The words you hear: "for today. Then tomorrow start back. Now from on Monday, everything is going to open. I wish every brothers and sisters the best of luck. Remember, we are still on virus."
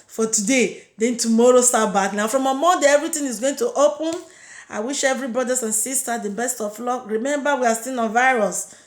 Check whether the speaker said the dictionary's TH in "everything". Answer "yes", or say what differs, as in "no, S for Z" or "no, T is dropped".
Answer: no, T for TH